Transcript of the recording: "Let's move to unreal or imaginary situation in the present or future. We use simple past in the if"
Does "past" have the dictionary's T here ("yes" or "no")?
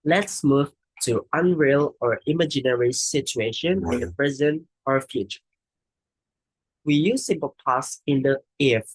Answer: no